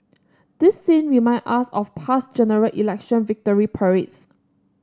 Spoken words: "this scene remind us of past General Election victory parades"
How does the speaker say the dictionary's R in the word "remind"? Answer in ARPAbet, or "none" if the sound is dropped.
W